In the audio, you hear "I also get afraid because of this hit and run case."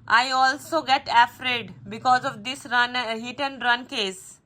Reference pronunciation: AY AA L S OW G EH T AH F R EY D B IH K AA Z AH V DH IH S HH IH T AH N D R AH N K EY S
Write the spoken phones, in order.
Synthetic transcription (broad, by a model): AY AA L S OW G EH T AH F R EY D B IH K AA Z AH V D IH S HH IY T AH N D R AH N K EY S